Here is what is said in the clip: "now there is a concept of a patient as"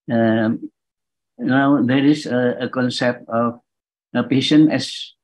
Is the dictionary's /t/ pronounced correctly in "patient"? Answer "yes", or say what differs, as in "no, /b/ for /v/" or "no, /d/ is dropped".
no, /t/ is dropped